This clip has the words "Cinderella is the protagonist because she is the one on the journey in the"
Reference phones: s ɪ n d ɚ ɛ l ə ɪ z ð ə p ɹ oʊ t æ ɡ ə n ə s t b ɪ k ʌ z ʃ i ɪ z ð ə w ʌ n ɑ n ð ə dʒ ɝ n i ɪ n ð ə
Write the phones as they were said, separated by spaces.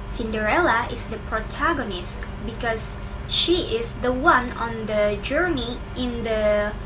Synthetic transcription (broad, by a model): s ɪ n d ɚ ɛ l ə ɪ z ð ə p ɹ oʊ t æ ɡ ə n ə s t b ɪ k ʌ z ʃ i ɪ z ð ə w ʌ n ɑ n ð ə dʒ ɝ n i ɪ n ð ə